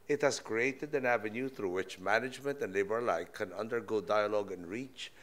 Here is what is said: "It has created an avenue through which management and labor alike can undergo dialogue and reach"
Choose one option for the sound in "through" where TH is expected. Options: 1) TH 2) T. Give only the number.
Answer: 1